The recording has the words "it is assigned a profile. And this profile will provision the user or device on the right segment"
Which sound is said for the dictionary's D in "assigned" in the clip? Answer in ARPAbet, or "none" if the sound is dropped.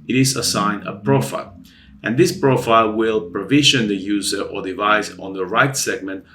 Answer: none